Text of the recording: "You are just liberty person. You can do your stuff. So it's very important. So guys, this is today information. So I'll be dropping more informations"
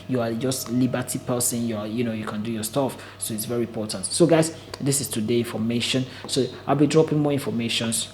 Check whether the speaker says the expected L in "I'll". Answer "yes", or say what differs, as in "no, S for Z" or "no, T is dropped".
yes